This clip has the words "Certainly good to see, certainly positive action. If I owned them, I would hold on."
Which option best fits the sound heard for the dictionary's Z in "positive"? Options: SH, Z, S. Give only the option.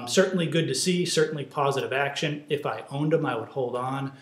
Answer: Z